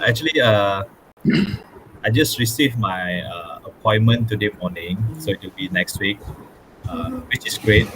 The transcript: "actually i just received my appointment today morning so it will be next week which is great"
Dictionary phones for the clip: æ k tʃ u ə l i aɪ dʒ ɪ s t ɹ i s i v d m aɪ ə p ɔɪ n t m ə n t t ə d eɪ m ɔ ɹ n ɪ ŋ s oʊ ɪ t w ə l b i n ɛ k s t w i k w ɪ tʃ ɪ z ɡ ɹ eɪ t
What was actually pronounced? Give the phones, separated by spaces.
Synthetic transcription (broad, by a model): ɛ k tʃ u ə l i aɪ dʒ ɪ s t ɹ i s i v m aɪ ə p ɔɪ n m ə n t t ə d eɪ m ɔ n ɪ ŋ s oʊ ɪ t w ə l b i n ɛ k s t w i k w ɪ tʃ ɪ s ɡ ɹ eɪ t